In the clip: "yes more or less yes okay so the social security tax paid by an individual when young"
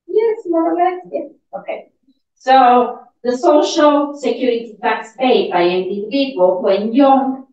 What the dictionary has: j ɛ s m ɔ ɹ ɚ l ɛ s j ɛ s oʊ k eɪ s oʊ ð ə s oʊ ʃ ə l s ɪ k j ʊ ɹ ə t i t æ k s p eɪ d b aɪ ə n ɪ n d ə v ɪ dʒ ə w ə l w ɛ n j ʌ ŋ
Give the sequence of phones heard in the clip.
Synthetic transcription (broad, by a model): j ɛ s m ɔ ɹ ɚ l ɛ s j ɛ oʊ k eɪ s oʊ ð ə s oʊ ʃ ə l s ɪ k j ʊ ɹ ə t i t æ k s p eɪ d b aɪ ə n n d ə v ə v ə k w ɛ n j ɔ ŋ